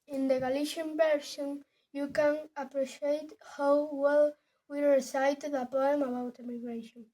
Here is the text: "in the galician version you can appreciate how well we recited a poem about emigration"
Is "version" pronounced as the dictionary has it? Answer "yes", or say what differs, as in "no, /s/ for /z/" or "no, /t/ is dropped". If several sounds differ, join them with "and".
no, /s/ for /ʒ/